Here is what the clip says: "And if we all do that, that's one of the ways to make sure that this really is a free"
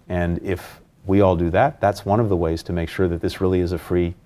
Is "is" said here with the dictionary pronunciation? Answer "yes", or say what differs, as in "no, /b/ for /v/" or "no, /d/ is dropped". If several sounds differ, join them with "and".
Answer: yes